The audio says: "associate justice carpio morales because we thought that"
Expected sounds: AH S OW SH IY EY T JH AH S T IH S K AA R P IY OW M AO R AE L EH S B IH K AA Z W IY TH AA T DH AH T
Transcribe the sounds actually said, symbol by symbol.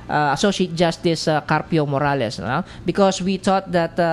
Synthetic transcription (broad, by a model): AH S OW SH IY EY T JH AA S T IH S K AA R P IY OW M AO R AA L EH S B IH K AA S W IY T AA T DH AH T